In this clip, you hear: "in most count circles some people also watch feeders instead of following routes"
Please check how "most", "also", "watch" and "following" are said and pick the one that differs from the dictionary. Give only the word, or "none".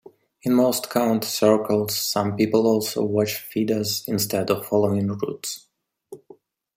none